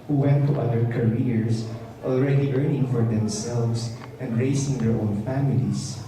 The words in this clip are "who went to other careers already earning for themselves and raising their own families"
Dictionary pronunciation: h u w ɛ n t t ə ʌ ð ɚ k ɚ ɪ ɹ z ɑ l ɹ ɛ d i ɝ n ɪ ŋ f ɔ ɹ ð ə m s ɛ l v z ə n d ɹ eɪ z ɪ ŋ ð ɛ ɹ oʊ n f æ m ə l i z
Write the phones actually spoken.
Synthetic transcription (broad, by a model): h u w ɛ n t t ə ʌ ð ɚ k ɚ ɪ ɹ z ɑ l ɹ ɛ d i ɝ n ɪ ŋ f ɔ ɹ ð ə m s ɛ l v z ə n d ɹ eɪ s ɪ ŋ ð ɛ ɹ oʊ n f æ m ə l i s